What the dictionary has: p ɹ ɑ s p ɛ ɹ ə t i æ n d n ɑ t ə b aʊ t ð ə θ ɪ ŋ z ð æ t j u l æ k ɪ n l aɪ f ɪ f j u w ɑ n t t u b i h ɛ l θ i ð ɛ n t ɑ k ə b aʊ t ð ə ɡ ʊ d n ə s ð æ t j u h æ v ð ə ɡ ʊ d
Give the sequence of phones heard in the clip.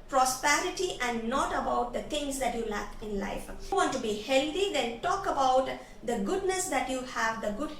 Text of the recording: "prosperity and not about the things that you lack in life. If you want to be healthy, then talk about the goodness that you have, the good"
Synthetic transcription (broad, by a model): p ɹ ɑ s p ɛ ɹ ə t i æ n d n ɑ t ə b aʊ t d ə t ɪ ŋ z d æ t j u l æ k ɪ n l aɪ ɪ f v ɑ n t t u b i h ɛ l t i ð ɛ n t ɑ k ə b aʊ t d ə ɡ ʊ d n ə s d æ t j u h æ v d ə ɡ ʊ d